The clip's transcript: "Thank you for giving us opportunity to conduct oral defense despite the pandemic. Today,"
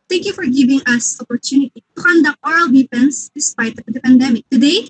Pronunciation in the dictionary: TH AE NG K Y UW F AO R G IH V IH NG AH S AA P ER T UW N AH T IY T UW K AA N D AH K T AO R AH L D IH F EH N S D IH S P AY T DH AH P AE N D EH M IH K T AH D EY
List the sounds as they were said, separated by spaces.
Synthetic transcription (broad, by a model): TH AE NG K Y UW F AO R G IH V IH NG AH S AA P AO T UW N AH T IY T UW K AA N D AH K T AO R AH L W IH P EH N S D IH S P AY T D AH P AE N D EH M IH K T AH D EY